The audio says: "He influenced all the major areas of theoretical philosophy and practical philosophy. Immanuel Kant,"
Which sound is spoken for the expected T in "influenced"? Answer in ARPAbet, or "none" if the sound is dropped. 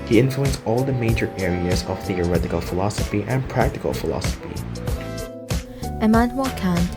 none